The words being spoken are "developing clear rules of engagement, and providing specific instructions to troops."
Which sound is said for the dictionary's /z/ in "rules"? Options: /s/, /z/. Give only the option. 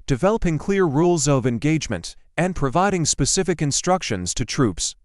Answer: /z/